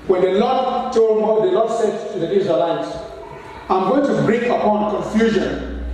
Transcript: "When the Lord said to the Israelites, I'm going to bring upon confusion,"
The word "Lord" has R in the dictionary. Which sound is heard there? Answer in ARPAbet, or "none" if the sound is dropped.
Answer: L